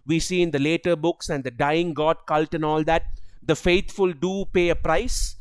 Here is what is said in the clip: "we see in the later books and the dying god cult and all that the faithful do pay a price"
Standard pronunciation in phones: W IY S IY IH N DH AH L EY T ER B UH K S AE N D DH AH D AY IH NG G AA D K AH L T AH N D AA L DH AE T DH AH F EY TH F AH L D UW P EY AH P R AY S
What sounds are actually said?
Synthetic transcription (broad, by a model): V IY S IY IH N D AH L EY T ER B UH K S AE N D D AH D AY IH NG G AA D K AH L T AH N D AA L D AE T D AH F EY T F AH L D UW P EY AH P R AY S